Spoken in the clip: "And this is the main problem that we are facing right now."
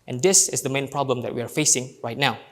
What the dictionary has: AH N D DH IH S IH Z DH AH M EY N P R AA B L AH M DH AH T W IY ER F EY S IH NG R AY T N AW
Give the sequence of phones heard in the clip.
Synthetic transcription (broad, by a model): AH N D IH S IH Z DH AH M EY N P R AA B L AH M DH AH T W IY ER F EY S IH NG R AY T N AW